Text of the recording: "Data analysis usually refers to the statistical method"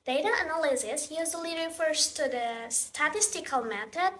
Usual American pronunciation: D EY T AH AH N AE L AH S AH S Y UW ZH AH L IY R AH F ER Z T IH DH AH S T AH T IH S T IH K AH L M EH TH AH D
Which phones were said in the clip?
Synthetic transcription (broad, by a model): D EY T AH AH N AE L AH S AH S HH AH Z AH L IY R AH F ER S T IH DH AH S T AH T IH S T IH K AH L M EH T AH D